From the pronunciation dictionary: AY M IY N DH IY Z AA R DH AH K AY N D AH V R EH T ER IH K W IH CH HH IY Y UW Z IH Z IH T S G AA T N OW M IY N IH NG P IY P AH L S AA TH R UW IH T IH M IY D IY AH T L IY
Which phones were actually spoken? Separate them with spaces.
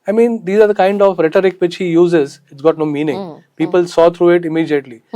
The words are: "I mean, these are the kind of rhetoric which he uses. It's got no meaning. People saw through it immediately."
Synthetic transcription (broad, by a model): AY M IY N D IY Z AA R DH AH K AY N D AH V R EH T ER IH K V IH CH HH IY Y UW Z IH Z IH T S G AA T N OW M IY N IH NG P IY P AH L S AA T R UW IH T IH M IY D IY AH T L IY